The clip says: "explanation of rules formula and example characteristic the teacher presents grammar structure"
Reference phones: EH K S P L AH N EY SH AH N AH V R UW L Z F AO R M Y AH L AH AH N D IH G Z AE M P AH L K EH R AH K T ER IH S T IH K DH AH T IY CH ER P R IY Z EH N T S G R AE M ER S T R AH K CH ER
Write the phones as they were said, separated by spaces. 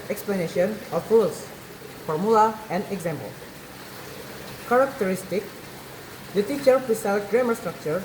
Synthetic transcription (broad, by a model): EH K S P L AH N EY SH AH N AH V R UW L S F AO R M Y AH L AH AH N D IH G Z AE M P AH L K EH R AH K T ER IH S T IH K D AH T IY CH ER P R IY S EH L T G R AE M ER S T R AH K CH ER